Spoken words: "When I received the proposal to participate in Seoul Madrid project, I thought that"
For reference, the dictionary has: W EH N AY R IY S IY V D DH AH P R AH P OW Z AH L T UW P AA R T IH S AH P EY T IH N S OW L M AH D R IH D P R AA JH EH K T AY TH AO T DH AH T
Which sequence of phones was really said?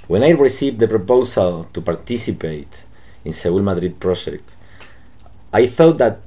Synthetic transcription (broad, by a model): W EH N AY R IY S IY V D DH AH P R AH P OW S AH L T UW P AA R T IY S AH P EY T IH N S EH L M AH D R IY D P R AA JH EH K T AY TH AO T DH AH T